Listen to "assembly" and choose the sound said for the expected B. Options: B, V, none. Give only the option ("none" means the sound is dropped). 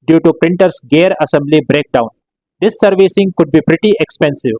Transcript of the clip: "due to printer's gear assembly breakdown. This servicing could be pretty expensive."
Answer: B